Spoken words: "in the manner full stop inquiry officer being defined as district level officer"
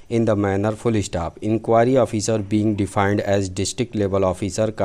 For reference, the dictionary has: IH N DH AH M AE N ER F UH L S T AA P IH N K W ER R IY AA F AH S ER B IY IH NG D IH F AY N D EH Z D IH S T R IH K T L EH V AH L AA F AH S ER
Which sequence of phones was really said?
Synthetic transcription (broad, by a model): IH N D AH M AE N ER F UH L S T AA P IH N K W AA R IY AA F AH S ER B IY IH NG D IH F AY N D EH Z D IH S T R IH K T L EH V AH L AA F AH S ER